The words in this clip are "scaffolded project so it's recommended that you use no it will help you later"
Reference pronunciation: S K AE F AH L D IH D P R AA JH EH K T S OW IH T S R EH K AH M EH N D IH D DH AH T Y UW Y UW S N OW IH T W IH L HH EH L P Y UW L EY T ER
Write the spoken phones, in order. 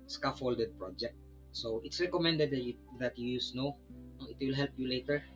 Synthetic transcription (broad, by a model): S K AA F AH L D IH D P R AA JH EH K T S OW IH T S R EH K AH M EH N D IH D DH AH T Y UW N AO N OW IH T W IH L HH EH L P Y UW L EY T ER